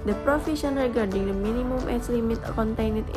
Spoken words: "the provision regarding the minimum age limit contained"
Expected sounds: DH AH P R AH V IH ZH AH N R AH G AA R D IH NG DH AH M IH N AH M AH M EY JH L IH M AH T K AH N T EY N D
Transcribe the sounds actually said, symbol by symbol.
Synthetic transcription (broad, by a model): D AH P R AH F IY SH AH N R AH G AA R D IH NG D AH M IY N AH M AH M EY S L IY M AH T K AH N T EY N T